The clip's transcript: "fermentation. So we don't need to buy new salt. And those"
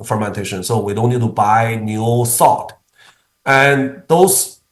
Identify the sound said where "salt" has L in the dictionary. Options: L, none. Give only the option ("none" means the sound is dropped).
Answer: none